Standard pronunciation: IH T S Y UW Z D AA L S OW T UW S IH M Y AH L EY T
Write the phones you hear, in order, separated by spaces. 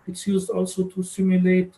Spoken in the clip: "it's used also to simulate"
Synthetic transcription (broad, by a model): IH T S Y UW Z D AA L S OW T UW S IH M Y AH L EY T